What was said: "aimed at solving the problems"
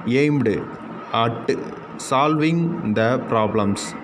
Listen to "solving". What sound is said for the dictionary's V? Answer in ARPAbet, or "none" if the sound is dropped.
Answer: V